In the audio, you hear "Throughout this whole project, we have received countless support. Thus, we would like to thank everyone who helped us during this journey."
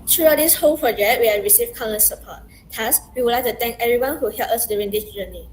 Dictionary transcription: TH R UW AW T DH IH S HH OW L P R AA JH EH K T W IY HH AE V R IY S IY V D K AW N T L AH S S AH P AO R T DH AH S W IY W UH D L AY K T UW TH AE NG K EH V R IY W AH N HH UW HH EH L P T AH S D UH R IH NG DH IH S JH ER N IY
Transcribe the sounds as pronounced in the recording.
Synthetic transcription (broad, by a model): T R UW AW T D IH S HH OW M P R AA JH EH K T W IY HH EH R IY S IY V K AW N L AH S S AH P AO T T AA S W IY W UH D L AY K T UW T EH NG K EH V R IY W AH N HH UW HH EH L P AH S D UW R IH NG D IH S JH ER N IY